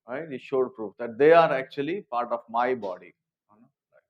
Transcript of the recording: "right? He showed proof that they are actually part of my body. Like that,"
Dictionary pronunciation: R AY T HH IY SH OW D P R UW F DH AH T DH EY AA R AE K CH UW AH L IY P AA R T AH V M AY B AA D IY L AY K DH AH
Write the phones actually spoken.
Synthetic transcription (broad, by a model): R AY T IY SH OW D P R UW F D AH T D EY AA R AE K CH UW AH L IY P AA R T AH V M AY B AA D IY N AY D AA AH